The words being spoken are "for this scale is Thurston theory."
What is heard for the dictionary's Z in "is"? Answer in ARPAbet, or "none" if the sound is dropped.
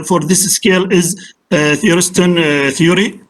Z